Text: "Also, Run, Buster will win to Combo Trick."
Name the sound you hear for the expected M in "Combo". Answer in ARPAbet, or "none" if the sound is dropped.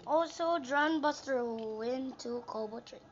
none